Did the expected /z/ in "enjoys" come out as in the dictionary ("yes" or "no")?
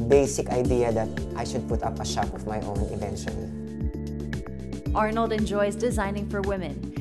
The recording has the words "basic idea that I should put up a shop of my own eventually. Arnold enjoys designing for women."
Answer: yes